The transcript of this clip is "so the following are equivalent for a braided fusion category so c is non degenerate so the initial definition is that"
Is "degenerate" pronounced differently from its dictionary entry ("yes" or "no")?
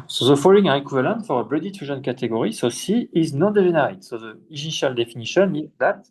yes